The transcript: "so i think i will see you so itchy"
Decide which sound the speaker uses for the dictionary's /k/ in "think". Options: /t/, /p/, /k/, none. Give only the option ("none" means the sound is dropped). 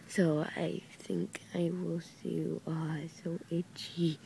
/k/